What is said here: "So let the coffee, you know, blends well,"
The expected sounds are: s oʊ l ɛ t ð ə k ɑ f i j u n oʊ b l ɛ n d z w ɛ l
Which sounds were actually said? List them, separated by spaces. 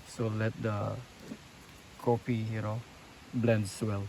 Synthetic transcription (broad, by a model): s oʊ l ɛ t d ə k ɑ p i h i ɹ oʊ b l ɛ n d s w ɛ l